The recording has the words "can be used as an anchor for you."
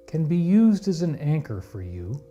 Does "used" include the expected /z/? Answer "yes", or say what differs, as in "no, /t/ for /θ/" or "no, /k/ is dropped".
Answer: yes